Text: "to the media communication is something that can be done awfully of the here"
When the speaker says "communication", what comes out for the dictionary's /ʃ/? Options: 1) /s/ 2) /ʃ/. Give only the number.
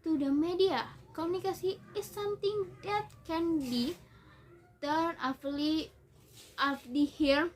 1